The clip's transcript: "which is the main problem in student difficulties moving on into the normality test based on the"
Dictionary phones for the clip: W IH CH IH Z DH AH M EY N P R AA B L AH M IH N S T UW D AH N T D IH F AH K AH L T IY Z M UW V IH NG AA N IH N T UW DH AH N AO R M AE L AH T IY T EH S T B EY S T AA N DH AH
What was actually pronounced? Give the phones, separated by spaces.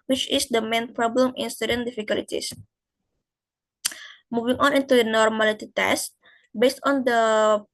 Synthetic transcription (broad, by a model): W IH CH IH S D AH M EY N P R AA B L AH M IH N S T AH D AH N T D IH F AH K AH L T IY S M UW V IH NG AA N IH N T UW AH N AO R M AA L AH T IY T EH S T B EY S T AA N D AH